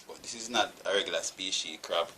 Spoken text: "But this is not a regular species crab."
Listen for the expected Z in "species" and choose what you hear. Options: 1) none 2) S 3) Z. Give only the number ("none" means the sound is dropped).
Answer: 1